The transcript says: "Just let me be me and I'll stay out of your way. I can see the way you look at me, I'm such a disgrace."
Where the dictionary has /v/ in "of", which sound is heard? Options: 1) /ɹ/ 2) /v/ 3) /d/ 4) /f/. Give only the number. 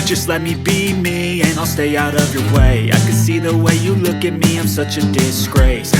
2